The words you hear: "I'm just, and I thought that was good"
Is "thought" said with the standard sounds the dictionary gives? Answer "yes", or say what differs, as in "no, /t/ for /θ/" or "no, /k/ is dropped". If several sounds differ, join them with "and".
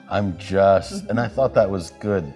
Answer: yes